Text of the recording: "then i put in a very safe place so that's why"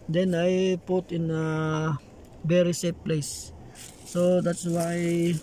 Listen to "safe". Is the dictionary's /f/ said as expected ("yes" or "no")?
no